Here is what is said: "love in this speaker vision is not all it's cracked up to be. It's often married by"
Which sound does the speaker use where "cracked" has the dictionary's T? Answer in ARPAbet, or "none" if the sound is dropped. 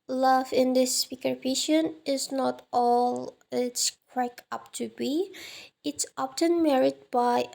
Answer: none